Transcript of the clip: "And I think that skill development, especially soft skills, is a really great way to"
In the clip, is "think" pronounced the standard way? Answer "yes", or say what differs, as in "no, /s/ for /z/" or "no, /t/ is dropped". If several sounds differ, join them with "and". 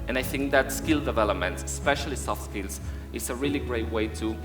yes